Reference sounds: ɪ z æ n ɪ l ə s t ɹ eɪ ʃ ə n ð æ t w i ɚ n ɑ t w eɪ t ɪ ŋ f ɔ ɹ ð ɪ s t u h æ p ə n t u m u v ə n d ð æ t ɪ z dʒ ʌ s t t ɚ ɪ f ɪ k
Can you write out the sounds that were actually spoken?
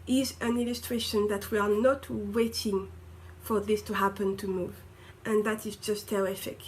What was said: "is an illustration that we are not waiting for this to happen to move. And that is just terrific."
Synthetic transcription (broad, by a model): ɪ z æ n ɪ l ə s t ɹ eɪ ʃ ə n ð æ t w i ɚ n ɑ t w eɪ t ɪ ŋ f ɔ ɹ ð ɪ s t u h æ p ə n t u m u v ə n ð æ t ɪ z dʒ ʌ s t t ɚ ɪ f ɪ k